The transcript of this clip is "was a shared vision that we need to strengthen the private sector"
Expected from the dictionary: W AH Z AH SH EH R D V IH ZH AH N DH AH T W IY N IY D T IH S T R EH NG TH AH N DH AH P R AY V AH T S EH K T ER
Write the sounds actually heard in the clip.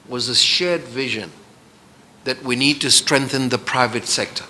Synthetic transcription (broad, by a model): W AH Z AH SH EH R D V IH ZH AH N DH AH T W IY N IY D T IH S T R EH NG TH AH N DH AH P R AY V AH T S EH K T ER